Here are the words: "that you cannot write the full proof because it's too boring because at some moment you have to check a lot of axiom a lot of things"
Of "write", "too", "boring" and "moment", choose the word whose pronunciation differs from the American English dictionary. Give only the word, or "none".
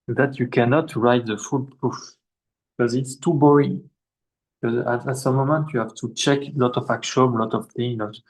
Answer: boring